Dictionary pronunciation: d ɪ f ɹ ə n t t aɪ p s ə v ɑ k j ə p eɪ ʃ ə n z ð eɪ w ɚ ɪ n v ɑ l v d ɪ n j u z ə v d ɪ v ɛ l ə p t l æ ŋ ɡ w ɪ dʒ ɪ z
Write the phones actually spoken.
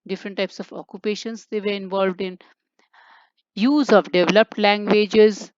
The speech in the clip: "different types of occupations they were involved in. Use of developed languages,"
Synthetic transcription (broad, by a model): d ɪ f ɹ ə n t t aɪ p s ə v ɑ k j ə p eɪ ʃ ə n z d eɪ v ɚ ɪ n v ɑ l v d ɪ n j u z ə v d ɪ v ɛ l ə p t l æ ŋ ɡ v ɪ dʒ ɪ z